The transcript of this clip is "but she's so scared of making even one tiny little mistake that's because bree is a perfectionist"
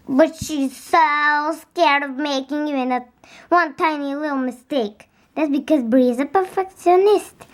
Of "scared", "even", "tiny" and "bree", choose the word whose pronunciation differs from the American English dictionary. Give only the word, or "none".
even